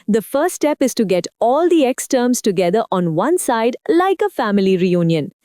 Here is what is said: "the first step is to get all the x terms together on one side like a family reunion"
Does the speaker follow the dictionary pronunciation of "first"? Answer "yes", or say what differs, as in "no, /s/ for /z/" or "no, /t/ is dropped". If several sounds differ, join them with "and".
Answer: no, /s/ is dropped